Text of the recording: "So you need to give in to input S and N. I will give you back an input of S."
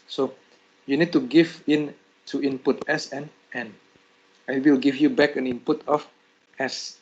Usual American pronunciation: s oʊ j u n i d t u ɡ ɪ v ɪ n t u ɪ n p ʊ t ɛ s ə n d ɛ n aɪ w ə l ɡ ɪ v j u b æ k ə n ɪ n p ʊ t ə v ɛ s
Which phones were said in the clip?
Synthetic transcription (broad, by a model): s oʊ j u n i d t u ɡ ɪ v ɪ n t u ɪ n p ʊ t ɛ s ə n ɛ n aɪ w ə w ɡ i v j u b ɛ k ə n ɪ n p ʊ t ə f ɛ s